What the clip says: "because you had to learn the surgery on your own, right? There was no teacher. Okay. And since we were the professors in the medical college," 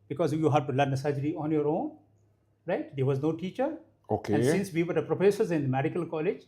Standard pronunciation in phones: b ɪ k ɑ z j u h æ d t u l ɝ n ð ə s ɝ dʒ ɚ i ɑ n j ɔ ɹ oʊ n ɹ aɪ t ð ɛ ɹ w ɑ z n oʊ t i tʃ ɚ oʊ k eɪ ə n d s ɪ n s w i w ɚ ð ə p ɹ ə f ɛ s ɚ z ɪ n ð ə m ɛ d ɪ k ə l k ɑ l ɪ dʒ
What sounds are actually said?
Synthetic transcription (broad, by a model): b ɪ k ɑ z j u h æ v t u l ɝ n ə s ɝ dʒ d i ɑ n j ɔ ɹ oʊ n ɹ aɪ t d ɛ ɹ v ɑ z n oʊ t i tʃ ɚ oʊ k eɪ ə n s ɪ n s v i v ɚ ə p ɹ ə f ɛ s ɚ z ɪ n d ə m ɛ d ɪ k ə l k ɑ l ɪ dʒ